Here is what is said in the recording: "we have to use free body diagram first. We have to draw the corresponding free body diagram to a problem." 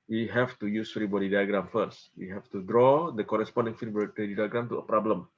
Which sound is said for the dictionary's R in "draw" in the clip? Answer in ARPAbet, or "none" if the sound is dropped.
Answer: R